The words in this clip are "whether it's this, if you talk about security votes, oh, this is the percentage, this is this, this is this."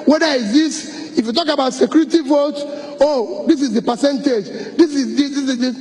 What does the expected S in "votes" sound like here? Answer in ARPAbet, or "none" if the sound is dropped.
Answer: none